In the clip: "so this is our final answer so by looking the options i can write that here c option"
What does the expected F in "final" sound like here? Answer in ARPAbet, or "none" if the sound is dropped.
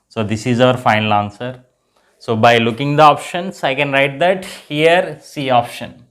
F